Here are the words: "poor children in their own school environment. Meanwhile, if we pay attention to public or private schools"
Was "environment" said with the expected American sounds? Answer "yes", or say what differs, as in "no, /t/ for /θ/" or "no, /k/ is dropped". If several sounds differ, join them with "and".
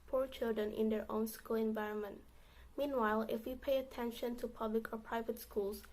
yes